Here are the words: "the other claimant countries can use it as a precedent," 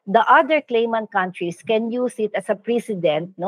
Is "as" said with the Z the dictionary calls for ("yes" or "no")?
no